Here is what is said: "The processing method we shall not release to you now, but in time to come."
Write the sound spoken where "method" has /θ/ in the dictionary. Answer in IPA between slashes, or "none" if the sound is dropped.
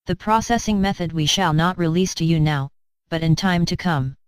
/θ/